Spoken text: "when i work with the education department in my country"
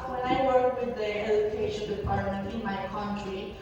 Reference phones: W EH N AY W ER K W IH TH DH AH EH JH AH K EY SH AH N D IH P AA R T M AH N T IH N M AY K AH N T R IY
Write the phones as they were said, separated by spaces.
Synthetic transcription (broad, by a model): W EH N AY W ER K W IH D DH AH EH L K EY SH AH L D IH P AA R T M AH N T IH N M AY K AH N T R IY